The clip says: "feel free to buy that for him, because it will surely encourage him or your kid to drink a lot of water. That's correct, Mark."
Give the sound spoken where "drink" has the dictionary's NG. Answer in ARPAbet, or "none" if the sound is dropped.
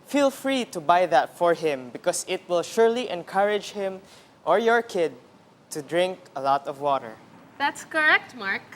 NG